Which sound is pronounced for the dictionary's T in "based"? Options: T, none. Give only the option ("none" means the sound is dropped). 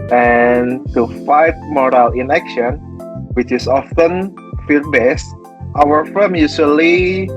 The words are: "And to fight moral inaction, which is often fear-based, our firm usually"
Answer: T